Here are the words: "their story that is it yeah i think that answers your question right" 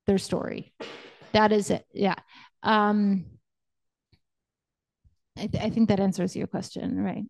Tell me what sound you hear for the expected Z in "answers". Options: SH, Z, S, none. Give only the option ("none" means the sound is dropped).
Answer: Z